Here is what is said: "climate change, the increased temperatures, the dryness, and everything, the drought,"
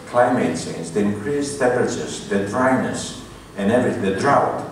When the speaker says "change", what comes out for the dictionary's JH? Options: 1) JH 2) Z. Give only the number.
2